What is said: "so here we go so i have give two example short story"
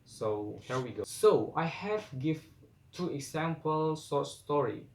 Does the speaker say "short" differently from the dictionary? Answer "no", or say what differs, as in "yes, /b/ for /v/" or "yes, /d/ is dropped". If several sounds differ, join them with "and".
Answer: yes, /s/ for /ʃ/